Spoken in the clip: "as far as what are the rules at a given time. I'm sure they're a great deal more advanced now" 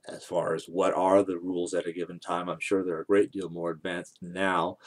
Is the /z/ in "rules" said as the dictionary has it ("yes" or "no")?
yes